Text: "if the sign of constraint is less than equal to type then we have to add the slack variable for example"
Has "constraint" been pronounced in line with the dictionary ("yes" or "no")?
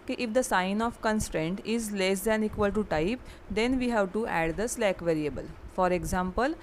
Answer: yes